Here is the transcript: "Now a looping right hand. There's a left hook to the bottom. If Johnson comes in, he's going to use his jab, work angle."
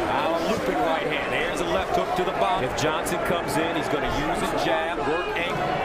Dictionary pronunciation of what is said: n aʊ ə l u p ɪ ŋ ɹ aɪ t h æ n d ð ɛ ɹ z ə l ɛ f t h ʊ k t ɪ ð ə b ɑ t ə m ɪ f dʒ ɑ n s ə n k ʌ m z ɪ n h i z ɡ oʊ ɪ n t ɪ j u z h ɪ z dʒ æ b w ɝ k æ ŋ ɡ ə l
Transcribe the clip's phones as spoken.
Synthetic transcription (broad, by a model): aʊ ə l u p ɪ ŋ ɹ aɪ t h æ n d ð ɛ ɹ z ə l ɛ f t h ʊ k t ɪ ð ə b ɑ ɪ f dʒ ɑ n s ə n k ʌ m z ɪ n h i z ɡ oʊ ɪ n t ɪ j u z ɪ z dʒ æ b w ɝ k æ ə